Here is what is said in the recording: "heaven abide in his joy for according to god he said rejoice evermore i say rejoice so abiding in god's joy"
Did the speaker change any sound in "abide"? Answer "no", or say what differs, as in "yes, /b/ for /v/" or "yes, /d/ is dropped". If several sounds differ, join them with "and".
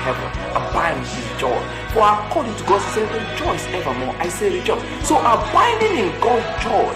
yes, /d/ is dropped